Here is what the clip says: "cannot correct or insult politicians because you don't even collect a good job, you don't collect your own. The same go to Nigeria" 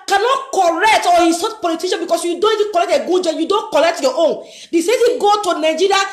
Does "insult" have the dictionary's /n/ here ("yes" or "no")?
no